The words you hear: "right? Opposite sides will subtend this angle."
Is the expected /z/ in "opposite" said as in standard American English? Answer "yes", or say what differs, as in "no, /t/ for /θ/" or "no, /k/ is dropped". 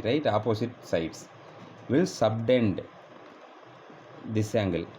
no, /s/ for /z/